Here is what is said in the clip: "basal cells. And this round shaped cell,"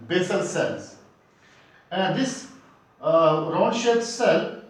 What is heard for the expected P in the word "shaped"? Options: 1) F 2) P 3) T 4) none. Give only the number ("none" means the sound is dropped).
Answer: 4